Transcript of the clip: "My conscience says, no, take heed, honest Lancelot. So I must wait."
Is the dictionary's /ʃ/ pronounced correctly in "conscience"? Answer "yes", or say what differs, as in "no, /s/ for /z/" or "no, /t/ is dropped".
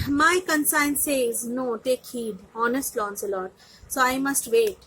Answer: no, /s/ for /ʃ/